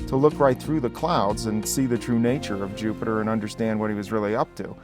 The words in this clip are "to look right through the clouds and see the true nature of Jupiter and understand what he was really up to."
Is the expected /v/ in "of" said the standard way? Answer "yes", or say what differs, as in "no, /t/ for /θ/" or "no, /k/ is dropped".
yes